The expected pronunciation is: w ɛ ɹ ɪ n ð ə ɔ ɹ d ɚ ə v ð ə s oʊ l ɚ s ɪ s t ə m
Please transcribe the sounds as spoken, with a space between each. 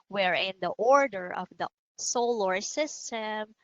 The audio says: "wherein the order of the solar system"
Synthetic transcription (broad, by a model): w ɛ ɹ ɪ n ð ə ɔ ɹ d ɚ ə v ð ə s oʊ l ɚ s ɪ s t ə m